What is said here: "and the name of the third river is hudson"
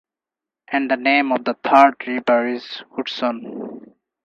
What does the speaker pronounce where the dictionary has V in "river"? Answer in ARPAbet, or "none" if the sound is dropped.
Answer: B